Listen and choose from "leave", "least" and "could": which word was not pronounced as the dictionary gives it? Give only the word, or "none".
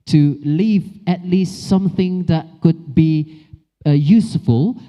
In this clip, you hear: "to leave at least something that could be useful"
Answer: none